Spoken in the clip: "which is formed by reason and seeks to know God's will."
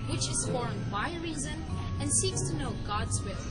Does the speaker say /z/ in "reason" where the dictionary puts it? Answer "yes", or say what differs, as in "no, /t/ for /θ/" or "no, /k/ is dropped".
yes